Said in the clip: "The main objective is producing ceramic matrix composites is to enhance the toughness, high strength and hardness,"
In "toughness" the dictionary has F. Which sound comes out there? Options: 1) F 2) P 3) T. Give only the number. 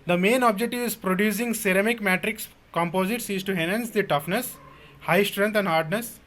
1